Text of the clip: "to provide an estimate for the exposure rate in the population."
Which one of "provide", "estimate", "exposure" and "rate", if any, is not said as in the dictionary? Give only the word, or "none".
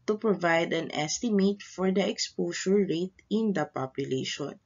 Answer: exposure